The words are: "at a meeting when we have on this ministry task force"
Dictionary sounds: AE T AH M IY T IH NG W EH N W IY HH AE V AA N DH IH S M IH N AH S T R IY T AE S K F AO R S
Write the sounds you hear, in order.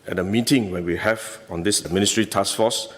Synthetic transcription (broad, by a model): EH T AH M IY T IH NG W EH N W IY HH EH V AA N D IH S M IH N AH S T R IY T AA S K F AO S